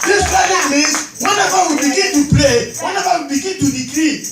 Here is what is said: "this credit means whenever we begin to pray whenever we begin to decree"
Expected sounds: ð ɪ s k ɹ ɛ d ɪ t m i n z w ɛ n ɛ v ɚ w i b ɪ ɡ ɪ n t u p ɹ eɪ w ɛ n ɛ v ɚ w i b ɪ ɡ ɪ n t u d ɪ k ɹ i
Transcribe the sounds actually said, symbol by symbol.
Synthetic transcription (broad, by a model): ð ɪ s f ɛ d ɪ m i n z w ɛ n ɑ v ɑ w i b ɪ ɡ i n t u p l eɪ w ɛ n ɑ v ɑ w i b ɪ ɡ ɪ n t u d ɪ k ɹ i